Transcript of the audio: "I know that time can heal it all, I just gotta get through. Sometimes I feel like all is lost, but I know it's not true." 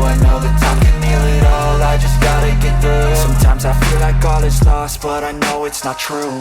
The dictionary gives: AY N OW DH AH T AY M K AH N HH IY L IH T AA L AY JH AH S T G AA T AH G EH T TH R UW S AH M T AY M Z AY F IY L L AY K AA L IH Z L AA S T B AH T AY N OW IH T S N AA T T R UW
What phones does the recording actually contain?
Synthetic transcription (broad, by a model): AY N OW DH AH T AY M K AH N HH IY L IH T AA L AY JH AH S G AA T AH G EH T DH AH S AH M T AY M Z AY F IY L L AY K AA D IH S L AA S T B AH T AY N OW IH T S N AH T T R UW